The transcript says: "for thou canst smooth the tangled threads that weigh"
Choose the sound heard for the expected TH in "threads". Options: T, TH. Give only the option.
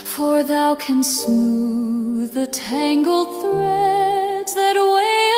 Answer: TH